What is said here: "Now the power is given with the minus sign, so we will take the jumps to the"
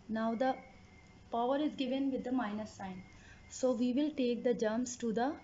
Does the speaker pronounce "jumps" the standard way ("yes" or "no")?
no